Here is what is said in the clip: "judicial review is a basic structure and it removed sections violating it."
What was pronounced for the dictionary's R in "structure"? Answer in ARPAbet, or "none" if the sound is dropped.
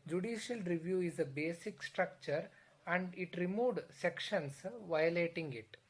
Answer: R